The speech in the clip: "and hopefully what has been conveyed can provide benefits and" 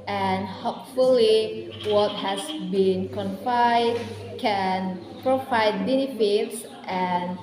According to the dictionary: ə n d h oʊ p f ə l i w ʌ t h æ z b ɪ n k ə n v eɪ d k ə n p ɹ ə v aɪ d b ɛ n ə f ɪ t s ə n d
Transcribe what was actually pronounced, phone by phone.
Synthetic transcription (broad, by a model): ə n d h oʊ p f ə l i w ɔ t h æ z b ɪ n k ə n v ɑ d k ə n p ɹ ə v aɪ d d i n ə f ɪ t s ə n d